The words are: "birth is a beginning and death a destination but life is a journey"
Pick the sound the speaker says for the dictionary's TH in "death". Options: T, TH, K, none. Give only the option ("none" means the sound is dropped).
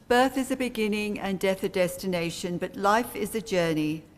TH